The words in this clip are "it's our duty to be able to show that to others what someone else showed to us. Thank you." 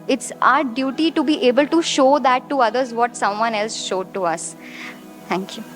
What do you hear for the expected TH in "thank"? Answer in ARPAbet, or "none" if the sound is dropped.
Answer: T